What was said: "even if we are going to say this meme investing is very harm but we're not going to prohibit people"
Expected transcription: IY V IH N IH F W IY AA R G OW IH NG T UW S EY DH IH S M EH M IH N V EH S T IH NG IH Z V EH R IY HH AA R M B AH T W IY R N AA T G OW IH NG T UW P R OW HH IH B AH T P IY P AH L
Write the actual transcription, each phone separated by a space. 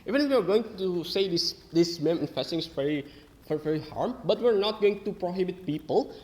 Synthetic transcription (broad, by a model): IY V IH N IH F W IY AA R G OW IH NG T UW S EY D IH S M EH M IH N F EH S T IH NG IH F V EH R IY HH AA R M B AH T W IY R N AA T G OW IH NG T UW P R OW HH IH B AH T P IY P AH L